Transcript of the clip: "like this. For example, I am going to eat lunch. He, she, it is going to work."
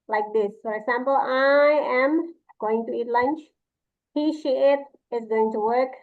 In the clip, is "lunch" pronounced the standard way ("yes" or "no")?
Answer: yes